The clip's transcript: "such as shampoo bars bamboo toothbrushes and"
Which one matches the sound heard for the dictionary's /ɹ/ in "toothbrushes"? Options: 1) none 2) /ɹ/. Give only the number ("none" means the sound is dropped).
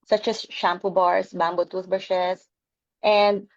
1